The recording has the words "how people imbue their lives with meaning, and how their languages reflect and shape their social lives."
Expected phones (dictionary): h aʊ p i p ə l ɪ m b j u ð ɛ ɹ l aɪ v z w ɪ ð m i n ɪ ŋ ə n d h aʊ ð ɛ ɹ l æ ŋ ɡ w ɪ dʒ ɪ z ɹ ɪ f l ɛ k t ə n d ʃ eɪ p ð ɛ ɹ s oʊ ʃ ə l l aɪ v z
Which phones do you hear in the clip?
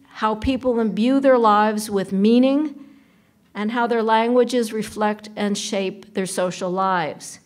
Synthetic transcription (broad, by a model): h aʊ p i p l ɪ m b j u ð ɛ ɹ l aɪ v z w ɪ ð m i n ɪ ŋ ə n h aʊ ð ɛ ɹ l æ ŋ ɡ w ɪ dʒ ɪ z ɹ ɪ f l ɛ k t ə n ʃ eɪ p ð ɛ ɹ s oʊ ʃ l l aɪ v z